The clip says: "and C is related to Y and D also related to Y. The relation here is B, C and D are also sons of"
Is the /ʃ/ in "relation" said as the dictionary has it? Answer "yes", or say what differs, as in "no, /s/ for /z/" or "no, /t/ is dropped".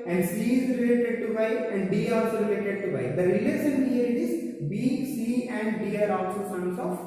no, /s/ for /ʃ/